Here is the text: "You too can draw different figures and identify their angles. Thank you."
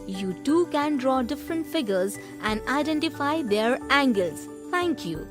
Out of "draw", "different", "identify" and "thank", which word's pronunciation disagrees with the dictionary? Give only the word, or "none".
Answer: thank